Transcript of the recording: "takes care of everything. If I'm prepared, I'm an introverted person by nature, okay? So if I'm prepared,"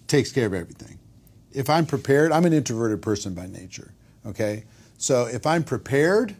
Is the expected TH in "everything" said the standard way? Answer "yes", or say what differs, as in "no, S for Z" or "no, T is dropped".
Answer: yes